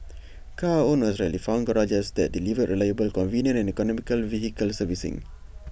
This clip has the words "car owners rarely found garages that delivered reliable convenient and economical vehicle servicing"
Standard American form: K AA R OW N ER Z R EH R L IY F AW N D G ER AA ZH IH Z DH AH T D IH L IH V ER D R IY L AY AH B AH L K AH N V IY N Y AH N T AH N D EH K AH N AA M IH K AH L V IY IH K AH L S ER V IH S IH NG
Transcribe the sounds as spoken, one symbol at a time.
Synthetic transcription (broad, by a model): K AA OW N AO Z R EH L IY F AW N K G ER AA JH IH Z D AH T D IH L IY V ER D R IY L AY AH B AH L K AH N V IY N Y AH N AH N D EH K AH N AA M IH K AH L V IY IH K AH L S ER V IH S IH NG